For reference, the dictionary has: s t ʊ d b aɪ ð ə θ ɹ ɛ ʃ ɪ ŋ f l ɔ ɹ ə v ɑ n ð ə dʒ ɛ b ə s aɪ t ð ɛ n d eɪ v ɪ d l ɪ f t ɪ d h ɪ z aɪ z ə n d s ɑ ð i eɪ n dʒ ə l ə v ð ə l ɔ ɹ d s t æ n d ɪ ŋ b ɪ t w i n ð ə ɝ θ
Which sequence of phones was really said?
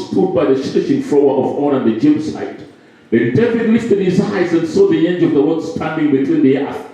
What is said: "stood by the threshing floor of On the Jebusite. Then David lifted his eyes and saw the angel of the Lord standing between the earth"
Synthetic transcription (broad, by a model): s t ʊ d b aɪ ð ə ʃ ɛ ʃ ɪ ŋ f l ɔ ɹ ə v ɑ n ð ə dʒ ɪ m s aɪ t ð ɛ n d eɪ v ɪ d l ɪ f t ɪ d h ɪ z aɪ z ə n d s ɑ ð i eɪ n dʒ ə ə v ð ə w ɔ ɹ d s t æ n d ɪ ŋ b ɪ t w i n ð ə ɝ